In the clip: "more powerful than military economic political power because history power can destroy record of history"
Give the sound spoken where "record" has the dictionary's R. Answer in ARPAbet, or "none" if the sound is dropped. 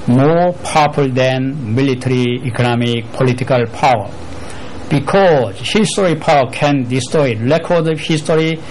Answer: L